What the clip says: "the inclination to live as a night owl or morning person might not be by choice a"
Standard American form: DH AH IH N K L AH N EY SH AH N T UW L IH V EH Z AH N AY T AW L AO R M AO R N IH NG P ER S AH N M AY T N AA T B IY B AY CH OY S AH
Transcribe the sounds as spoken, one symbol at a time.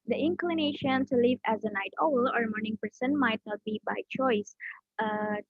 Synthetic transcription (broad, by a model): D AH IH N K L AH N EY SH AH N T UW L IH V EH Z AH N AY T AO L AO R M AO R N IH NG P ER S AH N M AY T N AA T B IY B AY CH OY S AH